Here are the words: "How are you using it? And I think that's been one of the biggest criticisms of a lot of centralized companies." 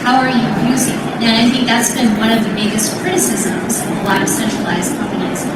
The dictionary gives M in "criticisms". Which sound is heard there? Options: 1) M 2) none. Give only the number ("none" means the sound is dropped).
1